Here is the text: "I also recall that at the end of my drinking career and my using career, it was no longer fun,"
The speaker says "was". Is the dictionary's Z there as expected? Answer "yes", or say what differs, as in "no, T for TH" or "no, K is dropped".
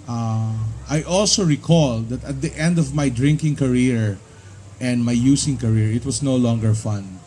no, S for Z